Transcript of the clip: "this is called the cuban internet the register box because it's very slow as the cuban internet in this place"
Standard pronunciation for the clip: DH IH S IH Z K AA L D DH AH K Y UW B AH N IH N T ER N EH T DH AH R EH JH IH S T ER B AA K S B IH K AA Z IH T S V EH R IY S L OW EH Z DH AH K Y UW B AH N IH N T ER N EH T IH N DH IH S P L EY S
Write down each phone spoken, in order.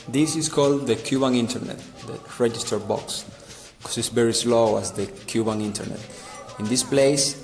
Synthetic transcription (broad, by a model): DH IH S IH S K AA L D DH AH K Y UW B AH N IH N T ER N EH T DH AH R EH JH IH S T ER B AA K S K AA S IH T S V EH R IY S L OW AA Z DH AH K Y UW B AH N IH N T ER N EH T IH N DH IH S P L EY S